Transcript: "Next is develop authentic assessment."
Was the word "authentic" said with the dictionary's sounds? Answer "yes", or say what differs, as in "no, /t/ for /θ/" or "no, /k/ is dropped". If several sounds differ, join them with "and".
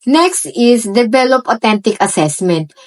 no, /t/ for /θ/